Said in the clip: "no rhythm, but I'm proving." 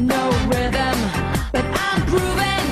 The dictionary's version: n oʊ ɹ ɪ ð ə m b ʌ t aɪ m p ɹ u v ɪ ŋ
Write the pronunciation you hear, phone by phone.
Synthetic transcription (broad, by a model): n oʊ w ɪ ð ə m b ʌ t aɪ m p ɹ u v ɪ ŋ